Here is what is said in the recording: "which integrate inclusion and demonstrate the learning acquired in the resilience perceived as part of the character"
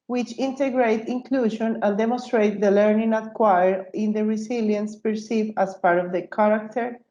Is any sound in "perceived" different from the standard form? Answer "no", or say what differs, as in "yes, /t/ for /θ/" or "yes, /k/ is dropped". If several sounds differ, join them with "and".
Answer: yes, /d/ is dropped